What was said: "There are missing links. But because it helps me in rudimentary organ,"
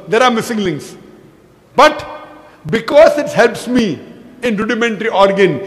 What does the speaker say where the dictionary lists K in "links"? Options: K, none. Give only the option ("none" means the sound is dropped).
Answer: none